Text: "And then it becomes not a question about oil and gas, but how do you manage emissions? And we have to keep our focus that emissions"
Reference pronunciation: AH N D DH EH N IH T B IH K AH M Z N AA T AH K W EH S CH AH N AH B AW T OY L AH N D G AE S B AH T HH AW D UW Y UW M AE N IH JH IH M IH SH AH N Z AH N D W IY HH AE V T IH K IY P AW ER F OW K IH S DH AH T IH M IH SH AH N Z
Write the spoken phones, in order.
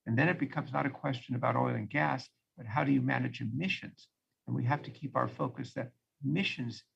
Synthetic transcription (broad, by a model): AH N DH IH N IH T B IH K AH M Z N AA T AH K W EH S CH AH N AH B AW T OY L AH N G AE S B AH T HH AW D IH Y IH M AE N IH JH IH M IH SH AH N Z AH N W IY HH AE F T IH K IY P AW ER F OW K IH S DH AH T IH M IH SH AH N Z